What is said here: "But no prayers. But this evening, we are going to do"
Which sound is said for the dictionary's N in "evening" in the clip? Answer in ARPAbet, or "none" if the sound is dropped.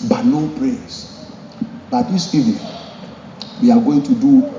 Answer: none